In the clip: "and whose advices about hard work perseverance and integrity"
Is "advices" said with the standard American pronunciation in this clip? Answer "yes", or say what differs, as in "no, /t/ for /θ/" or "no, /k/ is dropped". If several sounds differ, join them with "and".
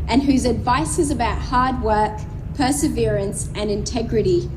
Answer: yes